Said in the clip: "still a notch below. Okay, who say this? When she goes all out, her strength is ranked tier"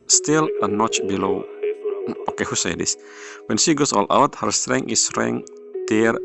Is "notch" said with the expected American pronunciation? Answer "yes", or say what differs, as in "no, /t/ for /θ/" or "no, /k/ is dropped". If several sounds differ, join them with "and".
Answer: yes